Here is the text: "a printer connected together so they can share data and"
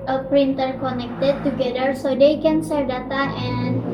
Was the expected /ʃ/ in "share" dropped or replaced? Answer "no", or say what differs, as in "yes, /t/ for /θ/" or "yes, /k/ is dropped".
yes, /s/ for /ʃ/